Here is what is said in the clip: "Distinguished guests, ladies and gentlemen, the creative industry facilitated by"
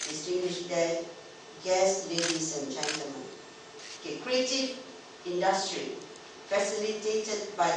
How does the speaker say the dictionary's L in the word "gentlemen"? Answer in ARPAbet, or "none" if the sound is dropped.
none